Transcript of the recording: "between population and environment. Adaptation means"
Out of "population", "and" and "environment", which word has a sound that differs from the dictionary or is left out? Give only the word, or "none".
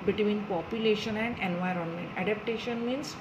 none